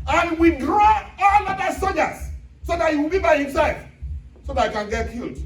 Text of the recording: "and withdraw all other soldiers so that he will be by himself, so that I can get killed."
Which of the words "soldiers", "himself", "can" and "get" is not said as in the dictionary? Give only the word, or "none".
soldiers